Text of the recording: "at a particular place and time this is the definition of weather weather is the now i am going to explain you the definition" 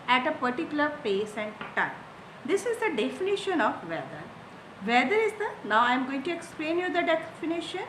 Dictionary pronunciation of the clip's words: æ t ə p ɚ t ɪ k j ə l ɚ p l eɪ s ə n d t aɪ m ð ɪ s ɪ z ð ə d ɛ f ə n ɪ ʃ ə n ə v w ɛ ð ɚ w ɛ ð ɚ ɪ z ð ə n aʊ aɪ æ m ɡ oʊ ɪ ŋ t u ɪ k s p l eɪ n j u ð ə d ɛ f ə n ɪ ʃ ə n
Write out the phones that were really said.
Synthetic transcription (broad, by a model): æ t ə p ɚ t ɪ k j ə l ɚ p eɪ s ə n d t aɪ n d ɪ s ɪ z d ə d ɛ f ə n ɪ ʃ ə n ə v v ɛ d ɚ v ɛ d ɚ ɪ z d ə n aʊ aɪ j m ɡ oʊ ɪ ŋ t u ɪ k s p l eɪ n j u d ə d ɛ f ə n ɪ ʃ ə n